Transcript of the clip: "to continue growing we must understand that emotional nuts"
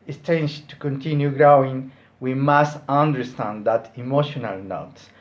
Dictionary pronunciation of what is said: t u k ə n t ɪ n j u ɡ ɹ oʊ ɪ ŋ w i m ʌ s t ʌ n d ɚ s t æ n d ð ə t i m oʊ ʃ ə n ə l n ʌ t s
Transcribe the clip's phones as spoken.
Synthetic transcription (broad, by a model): t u k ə n t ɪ n j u ɡ ɹ oʊ ɪ ŋ w i m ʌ s t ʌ n d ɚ s t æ n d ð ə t i m oʊ ʃ ə n ə l n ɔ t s